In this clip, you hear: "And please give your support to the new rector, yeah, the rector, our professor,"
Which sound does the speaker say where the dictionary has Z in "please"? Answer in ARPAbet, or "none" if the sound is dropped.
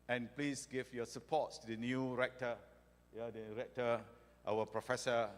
S